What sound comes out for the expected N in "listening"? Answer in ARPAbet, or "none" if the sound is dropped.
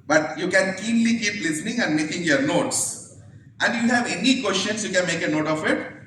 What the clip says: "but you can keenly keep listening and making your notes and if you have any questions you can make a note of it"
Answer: N